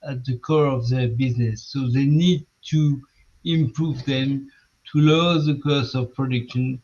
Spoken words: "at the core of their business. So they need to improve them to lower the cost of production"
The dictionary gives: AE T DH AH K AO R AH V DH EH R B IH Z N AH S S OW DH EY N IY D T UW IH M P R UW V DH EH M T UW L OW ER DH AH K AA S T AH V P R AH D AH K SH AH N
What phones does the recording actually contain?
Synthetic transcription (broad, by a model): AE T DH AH K AO R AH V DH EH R B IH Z N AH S S OW DH EY N IY D T UW IH M P R UW V DH EH M T UW L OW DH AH K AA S AH V P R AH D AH K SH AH N